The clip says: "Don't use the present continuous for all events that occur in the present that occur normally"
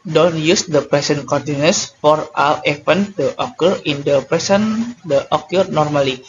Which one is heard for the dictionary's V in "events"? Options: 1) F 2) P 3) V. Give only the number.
1